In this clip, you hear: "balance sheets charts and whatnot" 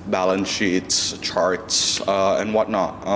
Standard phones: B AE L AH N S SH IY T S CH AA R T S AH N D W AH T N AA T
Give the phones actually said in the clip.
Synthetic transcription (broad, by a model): B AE L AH N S SH IY T S CH AA R T S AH N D W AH T N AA T